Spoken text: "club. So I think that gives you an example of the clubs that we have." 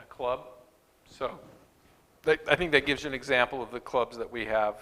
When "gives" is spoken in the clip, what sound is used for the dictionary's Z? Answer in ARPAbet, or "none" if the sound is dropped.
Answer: Z